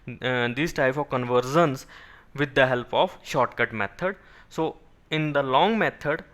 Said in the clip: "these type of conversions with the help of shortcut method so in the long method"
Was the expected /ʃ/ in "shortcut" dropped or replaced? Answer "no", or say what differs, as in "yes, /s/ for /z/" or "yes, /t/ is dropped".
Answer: no